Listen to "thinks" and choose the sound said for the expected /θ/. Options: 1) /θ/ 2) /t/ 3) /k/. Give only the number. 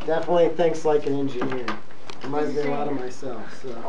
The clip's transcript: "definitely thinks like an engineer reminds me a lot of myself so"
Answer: 1